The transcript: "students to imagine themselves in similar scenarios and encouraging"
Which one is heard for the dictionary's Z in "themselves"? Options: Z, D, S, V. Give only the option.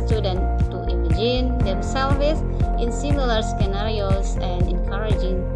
S